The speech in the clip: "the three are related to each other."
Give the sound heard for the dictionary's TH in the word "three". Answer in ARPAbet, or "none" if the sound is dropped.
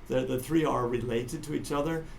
TH